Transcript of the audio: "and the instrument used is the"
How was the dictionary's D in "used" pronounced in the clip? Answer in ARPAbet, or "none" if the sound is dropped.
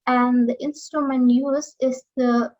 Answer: none